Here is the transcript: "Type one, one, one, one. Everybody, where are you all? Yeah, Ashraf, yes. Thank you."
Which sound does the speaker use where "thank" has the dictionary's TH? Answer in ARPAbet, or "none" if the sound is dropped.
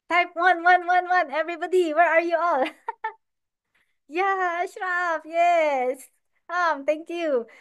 T